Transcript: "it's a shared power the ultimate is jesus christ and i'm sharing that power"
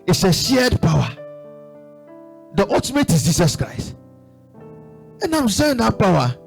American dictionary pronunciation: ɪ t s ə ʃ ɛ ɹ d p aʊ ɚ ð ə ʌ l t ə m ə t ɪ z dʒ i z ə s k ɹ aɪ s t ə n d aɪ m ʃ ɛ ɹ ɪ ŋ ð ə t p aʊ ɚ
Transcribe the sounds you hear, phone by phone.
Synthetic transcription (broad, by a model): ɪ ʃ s ə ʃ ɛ d p aʊ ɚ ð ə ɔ t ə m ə t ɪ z dʒ i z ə s k ɹ aɪ s t ə n d aɪ m s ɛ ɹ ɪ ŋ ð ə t p aʊ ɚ